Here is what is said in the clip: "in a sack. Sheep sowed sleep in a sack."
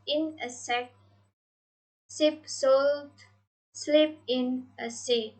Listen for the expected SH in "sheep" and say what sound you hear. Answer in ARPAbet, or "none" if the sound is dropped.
S